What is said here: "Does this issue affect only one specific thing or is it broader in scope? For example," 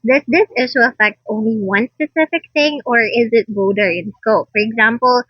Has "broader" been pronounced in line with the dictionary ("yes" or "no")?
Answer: no